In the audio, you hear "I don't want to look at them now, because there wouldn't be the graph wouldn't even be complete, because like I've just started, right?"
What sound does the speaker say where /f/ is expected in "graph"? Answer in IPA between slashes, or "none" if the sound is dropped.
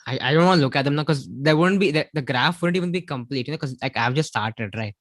/f/